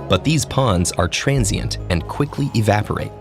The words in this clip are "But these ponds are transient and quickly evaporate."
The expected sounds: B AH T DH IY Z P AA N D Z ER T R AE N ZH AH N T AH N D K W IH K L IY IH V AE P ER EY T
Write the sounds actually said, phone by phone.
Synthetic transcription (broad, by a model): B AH T DH IY Z P AA N D Z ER T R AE N Z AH N T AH N K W IH K L IY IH V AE P ER EY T